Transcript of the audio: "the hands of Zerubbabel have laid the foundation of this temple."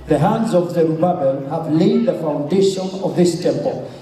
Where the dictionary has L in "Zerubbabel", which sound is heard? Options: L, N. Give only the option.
N